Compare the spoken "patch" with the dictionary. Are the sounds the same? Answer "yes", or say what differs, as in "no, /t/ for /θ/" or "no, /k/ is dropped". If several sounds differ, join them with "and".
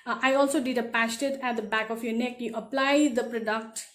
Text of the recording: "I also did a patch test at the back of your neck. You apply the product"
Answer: no, /s/ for /tʃ/